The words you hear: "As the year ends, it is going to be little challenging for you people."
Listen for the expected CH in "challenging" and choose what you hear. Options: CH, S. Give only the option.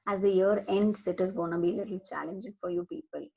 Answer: CH